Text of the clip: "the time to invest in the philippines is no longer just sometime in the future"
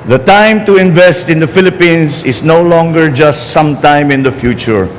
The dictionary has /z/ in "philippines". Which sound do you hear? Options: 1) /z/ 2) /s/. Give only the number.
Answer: 2